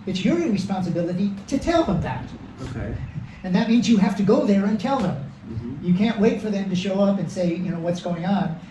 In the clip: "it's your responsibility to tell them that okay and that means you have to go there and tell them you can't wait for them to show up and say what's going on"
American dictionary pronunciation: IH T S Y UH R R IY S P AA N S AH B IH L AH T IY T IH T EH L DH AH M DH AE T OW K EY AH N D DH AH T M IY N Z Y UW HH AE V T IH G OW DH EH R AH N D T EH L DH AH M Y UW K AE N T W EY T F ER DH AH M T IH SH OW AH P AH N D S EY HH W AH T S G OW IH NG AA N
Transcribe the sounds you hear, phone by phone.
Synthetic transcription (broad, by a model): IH T S Y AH R R IY S P AA N S AH B IH L AH T IY T IH T EH L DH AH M DH AE T OW K EY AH N DH AH T M IY N Z Y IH HH AE F T IH G OW DH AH R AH N T EH L DH AH M Y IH K AE N T W EY T F ER DH AH M T IH SH OW AH P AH N S EY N W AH T S G OW IH NG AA N